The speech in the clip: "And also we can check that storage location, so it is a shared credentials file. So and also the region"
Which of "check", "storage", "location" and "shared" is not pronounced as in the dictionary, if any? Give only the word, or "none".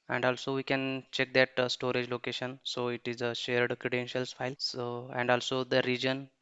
none